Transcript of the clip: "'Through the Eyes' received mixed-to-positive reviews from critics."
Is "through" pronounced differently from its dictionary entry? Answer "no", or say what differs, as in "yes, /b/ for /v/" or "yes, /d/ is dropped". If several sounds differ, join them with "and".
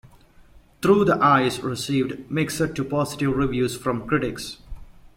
yes, /t/ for /θ/